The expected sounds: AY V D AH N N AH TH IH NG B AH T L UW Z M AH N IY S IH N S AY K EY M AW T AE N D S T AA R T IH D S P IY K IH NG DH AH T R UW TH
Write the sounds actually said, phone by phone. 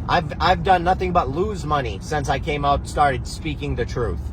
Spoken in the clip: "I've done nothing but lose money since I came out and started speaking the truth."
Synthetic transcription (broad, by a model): AY V D AH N N AH TH IH NG B AH T L UW Z M AH N IY S IH N S AY K EY M AW T S T AA R T IH D S P IY K IH NG DH AH T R UW TH